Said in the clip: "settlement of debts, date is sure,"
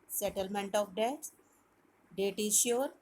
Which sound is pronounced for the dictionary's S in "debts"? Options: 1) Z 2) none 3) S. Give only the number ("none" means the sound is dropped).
2